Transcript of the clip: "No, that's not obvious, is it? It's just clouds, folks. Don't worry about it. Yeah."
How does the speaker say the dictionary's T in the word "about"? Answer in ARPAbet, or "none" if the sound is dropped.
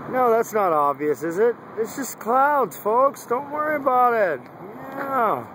T